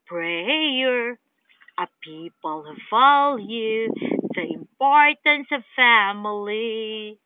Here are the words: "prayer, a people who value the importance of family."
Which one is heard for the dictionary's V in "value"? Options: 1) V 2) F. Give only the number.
2